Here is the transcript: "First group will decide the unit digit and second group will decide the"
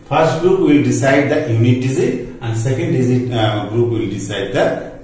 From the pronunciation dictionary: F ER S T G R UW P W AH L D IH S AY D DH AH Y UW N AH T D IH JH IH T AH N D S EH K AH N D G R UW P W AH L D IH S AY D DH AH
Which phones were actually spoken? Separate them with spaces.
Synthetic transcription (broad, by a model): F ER S T G R UW P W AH L D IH S AY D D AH Y UW N AH T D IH Z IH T AH N D S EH K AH N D G R UW P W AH L D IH S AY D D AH